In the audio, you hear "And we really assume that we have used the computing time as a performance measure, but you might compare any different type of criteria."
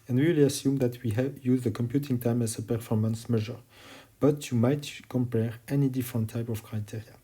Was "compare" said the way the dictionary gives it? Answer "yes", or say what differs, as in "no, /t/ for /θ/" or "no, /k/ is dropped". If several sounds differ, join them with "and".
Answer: yes